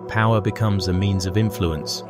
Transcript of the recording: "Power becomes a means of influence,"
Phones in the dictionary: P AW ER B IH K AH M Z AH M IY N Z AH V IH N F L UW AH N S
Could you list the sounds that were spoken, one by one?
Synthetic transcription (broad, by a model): P AW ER B IH K AH M Z AH M IY N Z AH V IH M F L UW AH N S